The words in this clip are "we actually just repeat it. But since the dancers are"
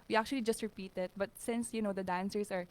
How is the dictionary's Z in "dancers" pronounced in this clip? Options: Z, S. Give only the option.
S